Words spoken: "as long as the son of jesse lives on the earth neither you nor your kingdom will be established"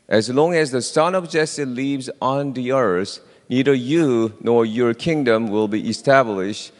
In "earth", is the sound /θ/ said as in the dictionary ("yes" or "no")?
no